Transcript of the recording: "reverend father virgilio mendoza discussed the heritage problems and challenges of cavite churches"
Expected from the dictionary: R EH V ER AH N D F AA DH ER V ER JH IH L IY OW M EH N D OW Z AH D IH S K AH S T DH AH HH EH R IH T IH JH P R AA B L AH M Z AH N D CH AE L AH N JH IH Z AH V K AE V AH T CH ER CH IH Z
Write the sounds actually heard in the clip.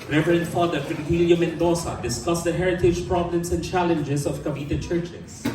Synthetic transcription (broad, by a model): R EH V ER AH N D F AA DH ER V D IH W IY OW M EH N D OW S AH D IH S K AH S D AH HH EH R IH T IH JH P R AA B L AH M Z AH N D CH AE L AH N JH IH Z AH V K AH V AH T CH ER CH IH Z